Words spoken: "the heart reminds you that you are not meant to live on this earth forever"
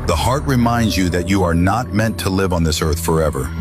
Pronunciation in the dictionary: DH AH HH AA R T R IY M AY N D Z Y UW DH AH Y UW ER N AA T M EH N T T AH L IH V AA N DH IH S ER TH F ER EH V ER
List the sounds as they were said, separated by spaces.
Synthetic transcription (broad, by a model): DH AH HH AA R T R IY M AY N D Z Y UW DH AH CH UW ER N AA T M EH N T T AH L IH V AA N DH IH S ER TH F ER EH V ER